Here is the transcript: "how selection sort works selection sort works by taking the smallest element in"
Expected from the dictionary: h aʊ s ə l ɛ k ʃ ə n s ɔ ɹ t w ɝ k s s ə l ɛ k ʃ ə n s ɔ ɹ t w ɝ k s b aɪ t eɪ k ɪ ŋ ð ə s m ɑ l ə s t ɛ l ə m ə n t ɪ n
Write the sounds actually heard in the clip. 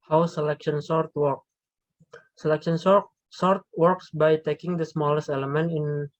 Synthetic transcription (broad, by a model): h aʊ s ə l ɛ k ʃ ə n s ɔ ɹ t w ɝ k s s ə l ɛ k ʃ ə n s ɔ ɹ t w ɝ k s b aɪ t eɪ k ɪ ŋ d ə s m ɑ l ə s t ɛ l ə m ə n t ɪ n